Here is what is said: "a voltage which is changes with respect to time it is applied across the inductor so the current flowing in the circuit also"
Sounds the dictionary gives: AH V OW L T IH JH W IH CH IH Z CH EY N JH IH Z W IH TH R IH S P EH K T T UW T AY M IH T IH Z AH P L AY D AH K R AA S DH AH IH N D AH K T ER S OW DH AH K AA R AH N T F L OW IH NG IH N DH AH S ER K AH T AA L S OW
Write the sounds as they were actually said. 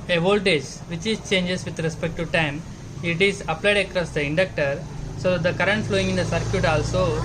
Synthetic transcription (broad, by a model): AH V OW L T IH JH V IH CH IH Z CH EY N JH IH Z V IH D R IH S P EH K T T UW T AY M IH T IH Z AH P L AY D AH K R AA S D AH IH N D AH K T ER S OW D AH K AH R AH N T F L OW IH NG IH N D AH S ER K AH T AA L S OW